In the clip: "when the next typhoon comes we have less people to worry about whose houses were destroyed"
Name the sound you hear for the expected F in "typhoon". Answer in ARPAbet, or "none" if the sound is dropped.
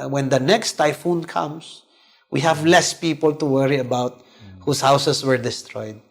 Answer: F